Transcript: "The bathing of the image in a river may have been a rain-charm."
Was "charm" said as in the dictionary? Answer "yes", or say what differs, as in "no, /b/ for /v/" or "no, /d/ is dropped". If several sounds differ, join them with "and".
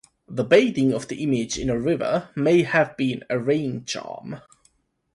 yes